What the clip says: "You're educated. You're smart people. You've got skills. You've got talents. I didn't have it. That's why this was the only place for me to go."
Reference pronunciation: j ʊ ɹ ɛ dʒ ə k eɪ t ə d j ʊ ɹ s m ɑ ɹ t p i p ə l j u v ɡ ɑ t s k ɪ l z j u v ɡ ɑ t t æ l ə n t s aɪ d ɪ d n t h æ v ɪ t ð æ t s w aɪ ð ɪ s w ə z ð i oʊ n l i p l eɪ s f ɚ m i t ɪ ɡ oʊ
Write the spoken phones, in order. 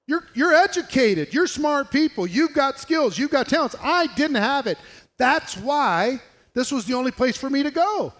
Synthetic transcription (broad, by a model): j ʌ ɹ ɛ dʒ ə k eɪ t ə d j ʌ ɹ s m ɑ ɹ t p i p l j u v ɡ ɑ t s k ɪ l z j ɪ v ɡ ɑ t t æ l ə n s aɪ d ɪ d n t h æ v ɪ t ð æ t s w aɪ ð ɪ s w ə z ð i oʊ n l i p l eɪ s f ɚ m i t ɪ ɡ oʊ